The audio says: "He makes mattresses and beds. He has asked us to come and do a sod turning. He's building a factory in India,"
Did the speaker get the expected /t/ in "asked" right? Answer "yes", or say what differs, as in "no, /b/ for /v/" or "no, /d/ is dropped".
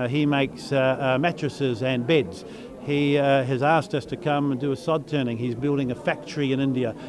yes